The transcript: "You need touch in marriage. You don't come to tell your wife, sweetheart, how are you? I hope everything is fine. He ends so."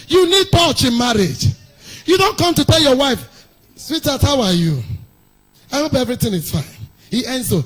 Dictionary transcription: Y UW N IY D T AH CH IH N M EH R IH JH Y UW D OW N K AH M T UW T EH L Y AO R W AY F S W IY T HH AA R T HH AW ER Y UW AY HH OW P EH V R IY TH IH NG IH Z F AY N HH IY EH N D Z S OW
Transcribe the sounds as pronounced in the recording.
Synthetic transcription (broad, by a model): Y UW N IY D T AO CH IH N M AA R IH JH Y UW D OW N K AH M T UW T EH L Y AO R W AY F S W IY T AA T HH AW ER Y UW AY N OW B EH V R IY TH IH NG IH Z F AY N HH IY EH N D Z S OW